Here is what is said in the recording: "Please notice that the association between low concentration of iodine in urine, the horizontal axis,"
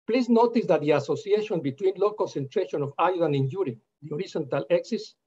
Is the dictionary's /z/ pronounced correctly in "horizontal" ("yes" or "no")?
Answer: no